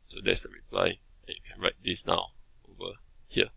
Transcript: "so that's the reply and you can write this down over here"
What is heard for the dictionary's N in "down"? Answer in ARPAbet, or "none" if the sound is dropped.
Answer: none